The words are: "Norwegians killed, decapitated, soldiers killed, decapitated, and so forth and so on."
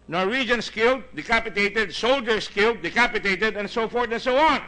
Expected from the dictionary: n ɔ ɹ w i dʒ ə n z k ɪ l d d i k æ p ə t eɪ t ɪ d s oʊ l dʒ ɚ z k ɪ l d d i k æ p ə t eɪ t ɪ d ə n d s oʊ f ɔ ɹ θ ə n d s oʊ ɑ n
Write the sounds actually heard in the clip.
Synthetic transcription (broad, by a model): n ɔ ɹ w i dʒ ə n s k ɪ l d d i k æ p ə t eɪ t ɪ d s oʊ l dʒ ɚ s k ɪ l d d i k æ p ə t eɪ t ɪ d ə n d s oʊ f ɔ ɹ t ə n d s oʊ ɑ n